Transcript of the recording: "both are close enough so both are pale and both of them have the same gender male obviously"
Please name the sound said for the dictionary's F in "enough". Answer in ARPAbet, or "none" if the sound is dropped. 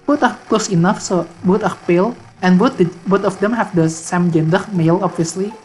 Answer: F